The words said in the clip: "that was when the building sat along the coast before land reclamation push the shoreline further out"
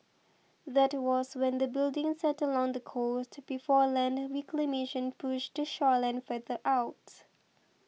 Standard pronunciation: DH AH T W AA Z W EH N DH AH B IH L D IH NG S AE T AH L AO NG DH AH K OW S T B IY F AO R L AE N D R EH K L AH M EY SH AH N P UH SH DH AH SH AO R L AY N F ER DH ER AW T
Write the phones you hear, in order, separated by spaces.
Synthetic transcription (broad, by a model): DH AH T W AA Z W EH N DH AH B IH L D IH NG S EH T AH L AO NG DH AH K OW S T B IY F AO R L AE N D W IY K L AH M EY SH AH N P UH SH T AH SH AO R L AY N F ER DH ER AW T